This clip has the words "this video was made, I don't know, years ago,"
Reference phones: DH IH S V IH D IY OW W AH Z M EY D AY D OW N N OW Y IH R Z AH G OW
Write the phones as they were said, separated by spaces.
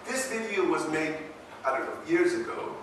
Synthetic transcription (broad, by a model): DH IH S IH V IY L W AH Z M EY D AY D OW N N OW Y IH R Z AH G OW